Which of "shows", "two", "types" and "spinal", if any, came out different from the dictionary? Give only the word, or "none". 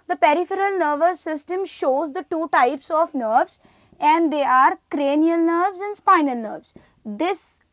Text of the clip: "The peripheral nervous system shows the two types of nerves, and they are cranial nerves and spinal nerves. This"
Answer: none